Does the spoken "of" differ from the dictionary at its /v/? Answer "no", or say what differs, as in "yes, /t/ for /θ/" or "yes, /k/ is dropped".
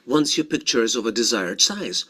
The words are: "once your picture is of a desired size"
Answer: no